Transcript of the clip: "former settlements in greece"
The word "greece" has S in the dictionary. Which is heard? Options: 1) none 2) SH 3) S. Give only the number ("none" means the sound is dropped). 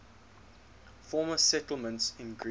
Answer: 1